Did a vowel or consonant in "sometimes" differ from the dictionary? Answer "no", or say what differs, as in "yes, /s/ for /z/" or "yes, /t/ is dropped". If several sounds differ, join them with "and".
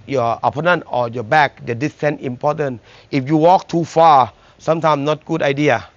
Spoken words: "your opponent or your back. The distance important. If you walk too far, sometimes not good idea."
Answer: yes, /z/ is dropped